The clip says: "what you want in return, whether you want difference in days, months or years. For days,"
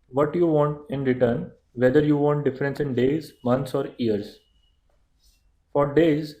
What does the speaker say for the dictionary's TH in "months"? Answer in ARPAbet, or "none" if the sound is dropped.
T